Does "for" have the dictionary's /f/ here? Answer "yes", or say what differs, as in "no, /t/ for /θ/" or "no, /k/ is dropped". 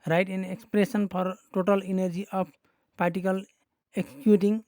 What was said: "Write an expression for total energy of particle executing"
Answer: no, /p/ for /f/